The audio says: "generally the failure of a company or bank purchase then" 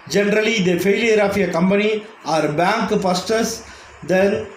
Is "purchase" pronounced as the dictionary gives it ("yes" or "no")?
no